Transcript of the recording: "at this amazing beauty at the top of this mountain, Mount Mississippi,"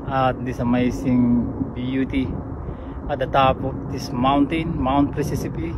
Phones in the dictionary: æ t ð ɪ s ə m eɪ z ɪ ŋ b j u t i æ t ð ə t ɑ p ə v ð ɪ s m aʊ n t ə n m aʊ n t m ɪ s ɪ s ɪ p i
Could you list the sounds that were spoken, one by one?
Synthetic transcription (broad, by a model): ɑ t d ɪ s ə m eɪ s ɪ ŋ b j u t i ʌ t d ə t ɑ p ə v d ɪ s m aʊ n t ə n m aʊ n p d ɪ s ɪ s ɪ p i